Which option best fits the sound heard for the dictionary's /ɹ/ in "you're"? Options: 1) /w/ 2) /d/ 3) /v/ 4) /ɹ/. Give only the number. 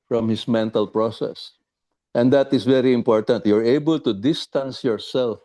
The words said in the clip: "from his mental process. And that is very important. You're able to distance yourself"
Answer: 4